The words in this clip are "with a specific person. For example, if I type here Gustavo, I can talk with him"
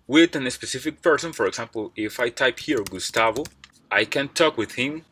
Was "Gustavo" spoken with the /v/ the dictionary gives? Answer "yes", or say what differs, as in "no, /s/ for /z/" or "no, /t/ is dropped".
yes